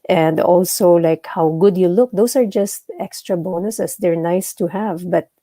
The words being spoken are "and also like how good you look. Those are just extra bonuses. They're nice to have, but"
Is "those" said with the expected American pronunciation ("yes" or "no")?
no